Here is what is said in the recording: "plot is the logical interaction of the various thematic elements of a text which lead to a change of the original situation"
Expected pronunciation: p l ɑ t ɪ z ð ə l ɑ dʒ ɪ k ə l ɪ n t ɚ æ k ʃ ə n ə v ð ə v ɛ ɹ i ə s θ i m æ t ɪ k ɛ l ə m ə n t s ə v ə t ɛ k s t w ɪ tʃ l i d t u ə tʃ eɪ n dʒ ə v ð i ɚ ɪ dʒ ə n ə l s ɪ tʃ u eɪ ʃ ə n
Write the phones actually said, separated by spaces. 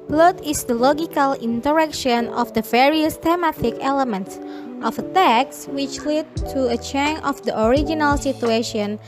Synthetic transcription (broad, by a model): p l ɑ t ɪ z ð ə l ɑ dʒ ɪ k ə l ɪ n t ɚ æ k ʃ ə n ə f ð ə v ɛ ɹ i ə s t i m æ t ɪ k ɛ l ə m ə n t s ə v ə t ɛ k s w ɪ tʃ l i d t u ə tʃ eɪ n ə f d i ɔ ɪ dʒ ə n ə l s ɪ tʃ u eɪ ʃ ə n